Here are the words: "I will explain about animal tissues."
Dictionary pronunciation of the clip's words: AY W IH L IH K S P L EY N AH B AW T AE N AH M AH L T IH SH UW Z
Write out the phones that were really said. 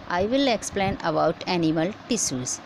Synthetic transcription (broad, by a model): AY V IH L IH K S P L EY N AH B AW T AE N AH M AH L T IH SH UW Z